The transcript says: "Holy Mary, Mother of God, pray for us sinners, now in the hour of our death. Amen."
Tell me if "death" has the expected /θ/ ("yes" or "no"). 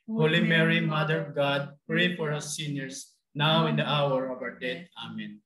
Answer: no